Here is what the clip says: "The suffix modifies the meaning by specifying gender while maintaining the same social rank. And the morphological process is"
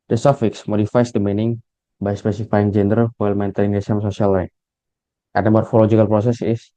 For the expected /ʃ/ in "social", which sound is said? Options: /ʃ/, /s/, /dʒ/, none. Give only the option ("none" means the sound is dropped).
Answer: /s/